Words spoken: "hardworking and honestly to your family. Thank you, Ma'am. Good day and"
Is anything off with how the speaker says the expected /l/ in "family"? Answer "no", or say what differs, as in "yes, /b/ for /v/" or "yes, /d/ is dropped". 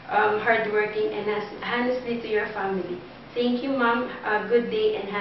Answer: no